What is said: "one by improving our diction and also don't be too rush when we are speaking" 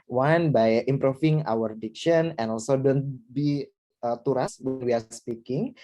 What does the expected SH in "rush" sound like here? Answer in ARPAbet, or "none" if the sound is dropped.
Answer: S